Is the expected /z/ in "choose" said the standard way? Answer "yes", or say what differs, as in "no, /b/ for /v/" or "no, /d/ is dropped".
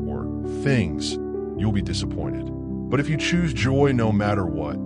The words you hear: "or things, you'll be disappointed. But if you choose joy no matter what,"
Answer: yes